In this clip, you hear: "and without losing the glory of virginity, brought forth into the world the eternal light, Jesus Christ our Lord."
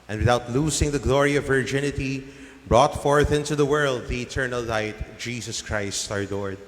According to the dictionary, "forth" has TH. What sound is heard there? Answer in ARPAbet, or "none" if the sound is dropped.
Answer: TH